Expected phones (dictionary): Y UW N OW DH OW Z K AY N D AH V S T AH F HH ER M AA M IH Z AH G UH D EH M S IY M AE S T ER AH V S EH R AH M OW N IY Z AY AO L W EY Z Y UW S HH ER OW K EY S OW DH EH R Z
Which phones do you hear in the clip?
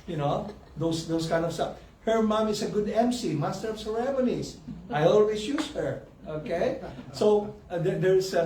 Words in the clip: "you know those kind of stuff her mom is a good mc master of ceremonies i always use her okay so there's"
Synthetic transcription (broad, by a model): Y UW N OW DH OW S K AY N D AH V S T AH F HH ER M AA M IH S AH G UH D EH M S IY M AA S T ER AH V S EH R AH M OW N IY S AY AO L W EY S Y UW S HH ER OW K EY S OW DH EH R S